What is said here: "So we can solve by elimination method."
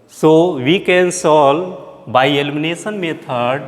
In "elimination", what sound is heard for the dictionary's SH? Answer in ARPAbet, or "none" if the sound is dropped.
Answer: S